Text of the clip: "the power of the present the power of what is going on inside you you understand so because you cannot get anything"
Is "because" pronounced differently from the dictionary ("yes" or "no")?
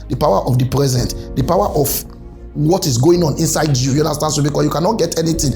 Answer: yes